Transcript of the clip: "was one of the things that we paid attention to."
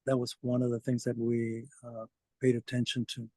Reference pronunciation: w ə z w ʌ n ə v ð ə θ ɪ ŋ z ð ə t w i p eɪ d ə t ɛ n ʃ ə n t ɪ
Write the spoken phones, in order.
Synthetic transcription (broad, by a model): w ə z w ʌ n ə v ð ə θ ɪ ŋ z ð ə t w i p eɪ d ə t ɛ n ʃ ə n t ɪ